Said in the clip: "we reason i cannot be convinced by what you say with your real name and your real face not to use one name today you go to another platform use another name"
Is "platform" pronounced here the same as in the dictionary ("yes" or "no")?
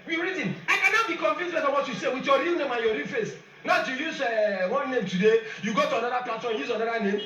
no